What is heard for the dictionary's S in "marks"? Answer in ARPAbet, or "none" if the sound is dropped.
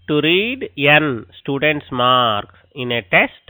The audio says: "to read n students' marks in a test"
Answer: none